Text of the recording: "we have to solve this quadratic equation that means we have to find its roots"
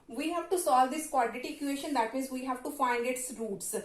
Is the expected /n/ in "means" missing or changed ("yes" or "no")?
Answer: yes